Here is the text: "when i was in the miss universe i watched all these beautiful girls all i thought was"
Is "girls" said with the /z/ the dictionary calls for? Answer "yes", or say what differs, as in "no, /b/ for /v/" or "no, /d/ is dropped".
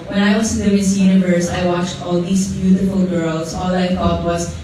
no, /s/ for /z/